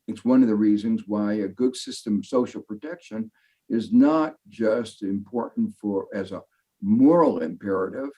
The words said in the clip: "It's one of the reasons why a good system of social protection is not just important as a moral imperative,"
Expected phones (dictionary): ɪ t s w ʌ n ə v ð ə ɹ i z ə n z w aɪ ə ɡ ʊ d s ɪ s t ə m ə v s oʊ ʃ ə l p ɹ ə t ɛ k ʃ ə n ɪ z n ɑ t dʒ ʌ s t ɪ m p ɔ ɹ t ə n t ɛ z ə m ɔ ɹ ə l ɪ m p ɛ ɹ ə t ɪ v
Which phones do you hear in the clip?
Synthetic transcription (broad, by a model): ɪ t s w ʌ n ə v ð ə ɹ i z ə n z w aɪ ə ɡ ʊ d s ɪ s t ə m ə v s oʊ ʃ l p ɹ ə t ɛ k ʃ ə n ɪ z n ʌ t dʒ ʌ s t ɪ m p ɔ ɹ t n t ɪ z ə m ɔ ɹ l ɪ m p ɛ ɹ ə t ɪ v